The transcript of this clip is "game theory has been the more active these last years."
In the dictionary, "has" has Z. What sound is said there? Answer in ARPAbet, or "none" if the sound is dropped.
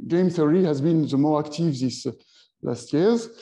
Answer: Z